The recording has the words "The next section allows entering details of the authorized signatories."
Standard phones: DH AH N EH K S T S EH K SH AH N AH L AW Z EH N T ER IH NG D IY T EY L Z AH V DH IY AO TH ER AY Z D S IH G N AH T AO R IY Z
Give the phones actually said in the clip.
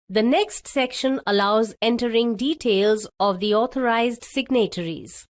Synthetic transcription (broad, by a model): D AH N EH K S T S EH K SH AH N AH L AW Z EH N T ER IH NG D IY T EY L Z AH V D IY AO T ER AY Z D S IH G N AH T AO R IY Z